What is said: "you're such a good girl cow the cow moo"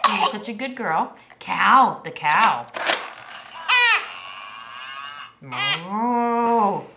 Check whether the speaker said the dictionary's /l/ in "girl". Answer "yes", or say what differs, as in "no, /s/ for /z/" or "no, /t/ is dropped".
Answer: yes